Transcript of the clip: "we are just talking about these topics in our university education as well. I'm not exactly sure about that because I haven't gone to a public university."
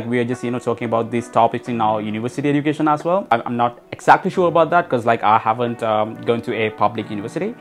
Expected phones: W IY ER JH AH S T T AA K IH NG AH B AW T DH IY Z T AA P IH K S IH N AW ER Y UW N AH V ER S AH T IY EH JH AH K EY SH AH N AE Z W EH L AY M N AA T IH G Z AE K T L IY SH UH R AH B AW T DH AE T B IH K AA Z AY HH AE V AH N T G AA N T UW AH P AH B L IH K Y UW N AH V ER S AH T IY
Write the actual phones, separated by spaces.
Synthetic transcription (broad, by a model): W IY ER JH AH S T T AA K IH NG AH B AW T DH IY S T AA P IH K S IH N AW Y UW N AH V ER S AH T IY EH JH AH K EY SH AH N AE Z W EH L AY M N AA T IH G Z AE K T L IY SH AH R AH B AW T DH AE T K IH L AA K AY HH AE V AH N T G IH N T UW AH P AH B L IH K Y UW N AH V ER S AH T IY